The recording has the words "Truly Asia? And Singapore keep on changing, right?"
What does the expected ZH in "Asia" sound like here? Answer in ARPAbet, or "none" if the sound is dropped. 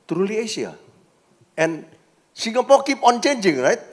S